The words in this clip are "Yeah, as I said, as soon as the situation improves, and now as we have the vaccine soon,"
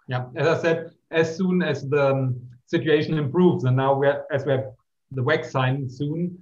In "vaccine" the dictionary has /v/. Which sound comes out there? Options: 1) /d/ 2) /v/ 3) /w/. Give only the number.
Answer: 3